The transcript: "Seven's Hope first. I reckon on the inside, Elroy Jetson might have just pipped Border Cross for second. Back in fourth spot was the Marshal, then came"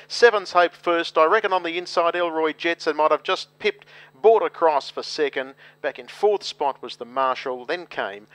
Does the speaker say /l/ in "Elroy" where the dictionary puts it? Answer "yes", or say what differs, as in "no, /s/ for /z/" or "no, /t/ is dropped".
yes